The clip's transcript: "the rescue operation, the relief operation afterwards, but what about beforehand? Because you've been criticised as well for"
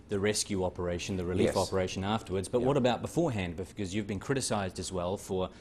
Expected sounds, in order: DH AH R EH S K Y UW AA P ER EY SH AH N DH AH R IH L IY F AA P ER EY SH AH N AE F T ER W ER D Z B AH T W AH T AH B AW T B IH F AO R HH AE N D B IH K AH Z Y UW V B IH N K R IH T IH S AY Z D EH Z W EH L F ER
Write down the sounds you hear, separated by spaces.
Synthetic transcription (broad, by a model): DH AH R EH S K Y UW AA P ER EY SH AH N DH AH R IH L IY F AA P ER EY SH AH N AE F T ER W ER D Z B AH T W AH T AH B AW T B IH F AO R HH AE N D B IH K AH Z Y UW V B IH N K R IH T IH S AY Z D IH Z W EH L F ER